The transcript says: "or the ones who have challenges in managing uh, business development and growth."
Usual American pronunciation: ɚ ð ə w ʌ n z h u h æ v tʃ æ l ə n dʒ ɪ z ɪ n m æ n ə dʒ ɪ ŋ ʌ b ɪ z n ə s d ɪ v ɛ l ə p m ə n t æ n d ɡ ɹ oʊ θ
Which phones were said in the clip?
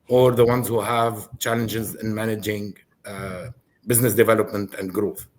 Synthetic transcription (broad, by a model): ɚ ð ə w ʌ n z h u h æ v tʃ æ l ə n dʒ ɪ z ɪ n m æ n ə dʒ ɪ ŋ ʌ b ɪ z n ə s d ɪ v ɛ l ə p m ə n t æ n d ɡ ɹ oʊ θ